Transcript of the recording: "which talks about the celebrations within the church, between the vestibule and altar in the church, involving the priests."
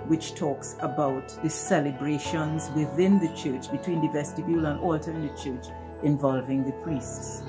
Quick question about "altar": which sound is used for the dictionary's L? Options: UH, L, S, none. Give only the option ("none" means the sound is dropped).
L